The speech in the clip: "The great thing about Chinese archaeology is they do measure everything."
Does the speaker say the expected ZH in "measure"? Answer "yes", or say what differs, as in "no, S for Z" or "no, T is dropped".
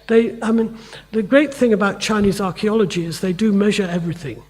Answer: yes